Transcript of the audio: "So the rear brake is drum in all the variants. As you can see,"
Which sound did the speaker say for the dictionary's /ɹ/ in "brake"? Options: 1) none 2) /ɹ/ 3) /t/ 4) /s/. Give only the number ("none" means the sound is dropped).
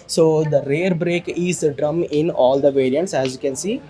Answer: 2